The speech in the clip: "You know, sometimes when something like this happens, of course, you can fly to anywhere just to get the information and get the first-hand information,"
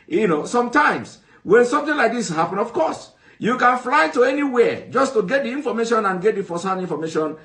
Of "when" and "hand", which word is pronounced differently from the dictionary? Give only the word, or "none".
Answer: hand